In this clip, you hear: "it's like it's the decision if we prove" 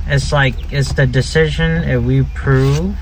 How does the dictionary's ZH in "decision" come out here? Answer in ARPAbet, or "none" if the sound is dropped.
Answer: ZH